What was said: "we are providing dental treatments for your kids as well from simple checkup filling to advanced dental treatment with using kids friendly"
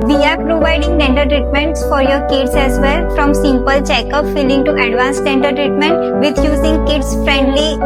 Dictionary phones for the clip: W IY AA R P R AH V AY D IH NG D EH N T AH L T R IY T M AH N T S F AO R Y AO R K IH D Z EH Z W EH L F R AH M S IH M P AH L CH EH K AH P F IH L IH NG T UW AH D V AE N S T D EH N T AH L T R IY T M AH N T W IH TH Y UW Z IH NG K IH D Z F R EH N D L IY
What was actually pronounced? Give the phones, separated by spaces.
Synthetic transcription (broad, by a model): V IY AA R P R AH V AY D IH NG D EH N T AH T R IY T M AH N T S F AO R Y AO R K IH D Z EH Z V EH L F R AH M S IH M P AH L CH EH K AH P F IH L IH NG T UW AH D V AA N S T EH N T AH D T R IY T M AH N T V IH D Y UW Z IH NG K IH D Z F R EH N D L IY